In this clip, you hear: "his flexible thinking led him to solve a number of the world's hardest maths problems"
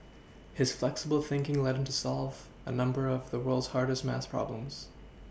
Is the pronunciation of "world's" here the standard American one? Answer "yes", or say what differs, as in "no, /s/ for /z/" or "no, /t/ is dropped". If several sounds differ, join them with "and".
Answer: yes